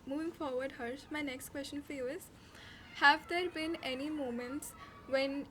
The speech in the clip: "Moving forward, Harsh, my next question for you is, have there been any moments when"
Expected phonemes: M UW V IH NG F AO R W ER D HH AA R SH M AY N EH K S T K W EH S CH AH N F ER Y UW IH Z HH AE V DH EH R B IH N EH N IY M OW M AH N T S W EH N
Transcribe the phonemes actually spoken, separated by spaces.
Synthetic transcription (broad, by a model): M UW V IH NG F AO R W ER D HH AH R S M AY N EH K S T K W EH S CH AH N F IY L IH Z HH AE V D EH R B IH N EH N IY M OW M AH N T S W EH N